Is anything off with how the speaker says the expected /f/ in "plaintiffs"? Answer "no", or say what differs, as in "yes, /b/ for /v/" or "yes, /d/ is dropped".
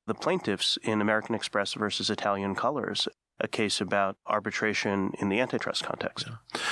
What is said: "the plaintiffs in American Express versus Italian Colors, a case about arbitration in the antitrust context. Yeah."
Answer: no